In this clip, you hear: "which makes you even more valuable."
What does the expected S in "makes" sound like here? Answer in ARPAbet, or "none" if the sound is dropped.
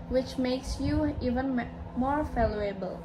S